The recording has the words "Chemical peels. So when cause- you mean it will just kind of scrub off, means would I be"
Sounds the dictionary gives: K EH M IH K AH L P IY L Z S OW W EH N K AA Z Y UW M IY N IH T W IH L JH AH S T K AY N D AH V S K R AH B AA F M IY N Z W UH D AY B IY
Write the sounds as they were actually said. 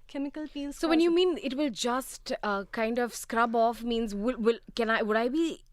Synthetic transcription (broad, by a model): K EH M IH K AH L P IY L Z S OW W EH N Y UW M IY N IH T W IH L JH AH S T K AY N D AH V S K R AH B AA F M IY N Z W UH D AY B IY